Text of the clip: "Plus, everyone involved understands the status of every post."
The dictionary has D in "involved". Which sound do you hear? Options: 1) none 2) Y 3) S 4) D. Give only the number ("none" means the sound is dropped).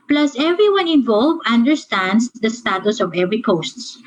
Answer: 1